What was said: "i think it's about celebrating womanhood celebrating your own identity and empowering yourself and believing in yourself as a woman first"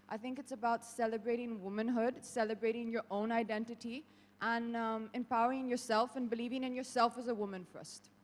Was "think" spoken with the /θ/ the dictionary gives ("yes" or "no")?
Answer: yes